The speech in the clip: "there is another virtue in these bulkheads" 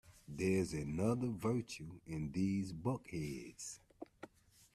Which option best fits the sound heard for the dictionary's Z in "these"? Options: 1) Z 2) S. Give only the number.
1